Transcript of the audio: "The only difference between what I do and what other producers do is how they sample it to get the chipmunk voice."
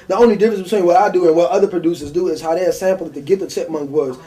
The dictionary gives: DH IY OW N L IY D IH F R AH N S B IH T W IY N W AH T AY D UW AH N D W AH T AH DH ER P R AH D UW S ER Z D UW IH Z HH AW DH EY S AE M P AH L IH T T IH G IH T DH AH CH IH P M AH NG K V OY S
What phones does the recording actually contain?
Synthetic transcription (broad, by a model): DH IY OW N L IY D IH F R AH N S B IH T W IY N W AH T AY D UW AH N W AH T AH DH ER P R AH D UW S ER Z D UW IH Z HH AW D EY S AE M P L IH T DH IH G IH T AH S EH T M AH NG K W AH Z